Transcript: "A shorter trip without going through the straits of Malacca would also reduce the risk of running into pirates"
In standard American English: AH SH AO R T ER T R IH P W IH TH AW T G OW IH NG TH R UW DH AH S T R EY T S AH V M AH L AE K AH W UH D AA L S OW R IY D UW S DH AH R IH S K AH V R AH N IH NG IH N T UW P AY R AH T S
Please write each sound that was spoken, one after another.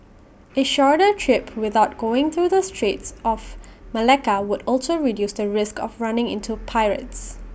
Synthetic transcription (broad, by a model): AH SH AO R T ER T R IH P W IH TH AW T G OW IH NG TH R UW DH AH S T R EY T S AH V M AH L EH K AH W UH D AA L S OW R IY D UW S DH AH R IH S K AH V R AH N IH NG IH N T UW P AY R AH T S